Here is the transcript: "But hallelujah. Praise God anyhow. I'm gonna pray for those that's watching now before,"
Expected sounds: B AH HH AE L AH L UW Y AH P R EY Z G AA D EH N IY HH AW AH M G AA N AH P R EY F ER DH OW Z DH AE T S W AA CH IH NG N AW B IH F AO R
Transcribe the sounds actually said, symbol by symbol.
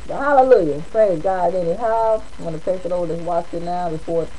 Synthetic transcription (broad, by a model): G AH HH AE L AH L UW Y AH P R EY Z G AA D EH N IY HH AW AH M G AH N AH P EY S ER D OW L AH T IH W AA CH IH N AW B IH F AO R